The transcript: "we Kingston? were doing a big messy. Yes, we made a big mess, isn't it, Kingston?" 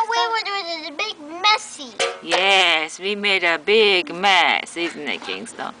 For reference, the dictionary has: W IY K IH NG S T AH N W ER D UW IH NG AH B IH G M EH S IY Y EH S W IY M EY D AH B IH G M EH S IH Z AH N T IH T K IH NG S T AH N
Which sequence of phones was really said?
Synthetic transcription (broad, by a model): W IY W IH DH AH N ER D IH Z AH B IH G M EH S IY Y EH S W IY M EY D AH B IH G M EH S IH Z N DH IH T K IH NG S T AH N